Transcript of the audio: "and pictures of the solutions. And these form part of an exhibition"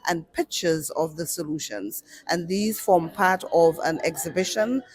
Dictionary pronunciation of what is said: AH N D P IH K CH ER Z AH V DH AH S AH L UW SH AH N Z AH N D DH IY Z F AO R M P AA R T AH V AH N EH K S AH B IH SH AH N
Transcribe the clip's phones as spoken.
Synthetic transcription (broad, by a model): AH N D P IH K CH ER Z AH V DH AH S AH L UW SH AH N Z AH N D DH IY Z F AO R M P AA R T AH V AH N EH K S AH B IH SH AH N